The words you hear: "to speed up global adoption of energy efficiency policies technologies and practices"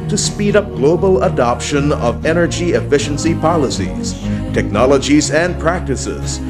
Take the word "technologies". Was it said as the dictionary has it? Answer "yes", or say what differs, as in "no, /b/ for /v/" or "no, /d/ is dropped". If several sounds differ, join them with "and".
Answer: yes